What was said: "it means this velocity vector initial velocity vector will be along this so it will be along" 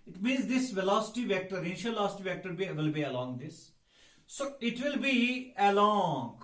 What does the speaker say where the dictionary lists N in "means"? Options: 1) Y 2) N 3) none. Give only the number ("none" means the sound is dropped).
2